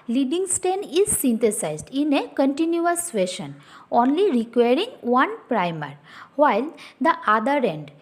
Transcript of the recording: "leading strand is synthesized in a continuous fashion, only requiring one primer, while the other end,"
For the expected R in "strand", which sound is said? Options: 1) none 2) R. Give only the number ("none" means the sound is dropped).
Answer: 1